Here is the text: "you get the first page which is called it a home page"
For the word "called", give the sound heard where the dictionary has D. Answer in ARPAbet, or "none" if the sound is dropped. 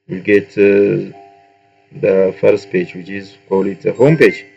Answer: none